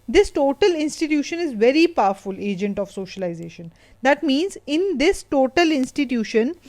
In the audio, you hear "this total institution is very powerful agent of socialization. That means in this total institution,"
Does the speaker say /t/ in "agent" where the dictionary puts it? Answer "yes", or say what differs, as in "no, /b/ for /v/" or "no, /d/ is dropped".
yes